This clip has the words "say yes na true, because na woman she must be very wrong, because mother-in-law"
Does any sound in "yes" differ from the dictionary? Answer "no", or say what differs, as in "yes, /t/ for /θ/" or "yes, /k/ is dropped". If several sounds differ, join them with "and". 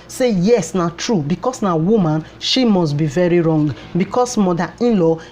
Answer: no